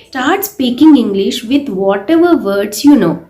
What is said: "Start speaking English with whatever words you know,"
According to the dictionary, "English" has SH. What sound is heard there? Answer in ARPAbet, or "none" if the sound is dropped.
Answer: SH